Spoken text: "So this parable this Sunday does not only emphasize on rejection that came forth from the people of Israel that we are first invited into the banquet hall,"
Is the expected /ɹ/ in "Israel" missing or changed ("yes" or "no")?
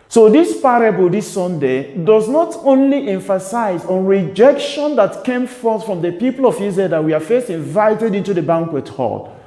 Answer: yes